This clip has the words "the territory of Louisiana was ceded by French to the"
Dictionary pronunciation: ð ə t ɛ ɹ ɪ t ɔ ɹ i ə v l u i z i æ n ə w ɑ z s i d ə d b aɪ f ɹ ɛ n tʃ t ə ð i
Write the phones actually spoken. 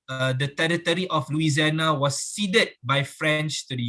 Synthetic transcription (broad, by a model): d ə t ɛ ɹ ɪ t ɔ ɹ i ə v l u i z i n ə w ɑ s i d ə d b aɪ f ɹ ɛ n tʃ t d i